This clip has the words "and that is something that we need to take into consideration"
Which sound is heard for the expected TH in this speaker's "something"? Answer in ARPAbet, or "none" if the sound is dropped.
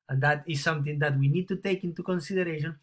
T